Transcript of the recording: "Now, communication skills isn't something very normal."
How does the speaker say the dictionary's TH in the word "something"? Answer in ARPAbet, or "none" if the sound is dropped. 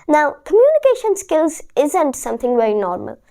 TH